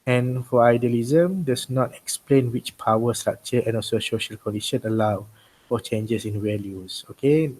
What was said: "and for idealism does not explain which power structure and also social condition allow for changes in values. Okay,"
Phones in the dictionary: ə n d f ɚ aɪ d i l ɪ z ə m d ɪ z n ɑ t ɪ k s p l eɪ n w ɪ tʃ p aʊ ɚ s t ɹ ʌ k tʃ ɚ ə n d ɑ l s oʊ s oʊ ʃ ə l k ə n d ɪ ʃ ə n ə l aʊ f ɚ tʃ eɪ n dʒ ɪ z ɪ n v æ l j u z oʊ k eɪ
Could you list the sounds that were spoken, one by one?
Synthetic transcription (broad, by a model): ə n f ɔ aɪ d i l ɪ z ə m d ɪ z n ɑ t ɪ k s p l eɪ n w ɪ tʃ p aʊ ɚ s t ɹ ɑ k tʃ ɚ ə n ɑ l s oʊ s oʊ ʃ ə l k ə n d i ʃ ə n ə l aʊ f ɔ tʃ eɪ n dʒ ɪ s ɪ n w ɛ l j u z oʊ k eɪ